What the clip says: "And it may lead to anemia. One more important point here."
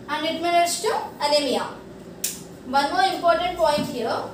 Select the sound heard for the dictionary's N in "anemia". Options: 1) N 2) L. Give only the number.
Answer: 2